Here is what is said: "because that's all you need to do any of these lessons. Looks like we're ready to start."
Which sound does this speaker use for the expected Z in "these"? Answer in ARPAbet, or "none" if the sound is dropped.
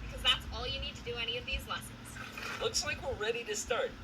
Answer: Z